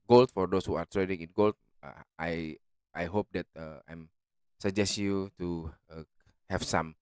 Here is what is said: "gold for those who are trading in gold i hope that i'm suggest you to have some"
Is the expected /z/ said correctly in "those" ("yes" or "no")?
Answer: no